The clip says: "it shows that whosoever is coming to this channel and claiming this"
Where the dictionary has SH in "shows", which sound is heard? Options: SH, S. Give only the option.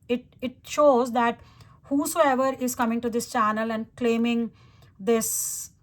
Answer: SH